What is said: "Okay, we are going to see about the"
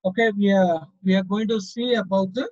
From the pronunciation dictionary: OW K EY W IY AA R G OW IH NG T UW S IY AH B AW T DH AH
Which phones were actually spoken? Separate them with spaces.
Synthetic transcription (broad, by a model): OW K EY W IY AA W G OW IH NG T UW S IY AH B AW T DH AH